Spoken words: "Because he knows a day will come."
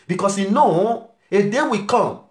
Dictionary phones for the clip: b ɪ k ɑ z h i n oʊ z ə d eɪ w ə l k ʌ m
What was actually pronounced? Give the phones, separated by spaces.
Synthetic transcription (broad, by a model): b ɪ k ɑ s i n oʊ ə d eɪ w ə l k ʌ m